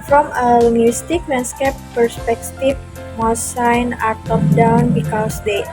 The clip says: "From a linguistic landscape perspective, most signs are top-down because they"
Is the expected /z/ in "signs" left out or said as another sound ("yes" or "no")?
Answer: yes